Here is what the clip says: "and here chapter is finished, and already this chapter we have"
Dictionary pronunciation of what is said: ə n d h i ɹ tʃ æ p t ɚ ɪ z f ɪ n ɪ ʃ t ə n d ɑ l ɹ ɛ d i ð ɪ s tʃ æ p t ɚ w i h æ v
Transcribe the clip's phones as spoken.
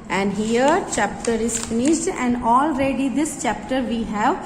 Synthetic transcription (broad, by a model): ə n d h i ɹ tʃ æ p t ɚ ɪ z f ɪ n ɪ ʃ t ə n d ɑ l ɹ ɛ d i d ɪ s tʃ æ p t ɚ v i h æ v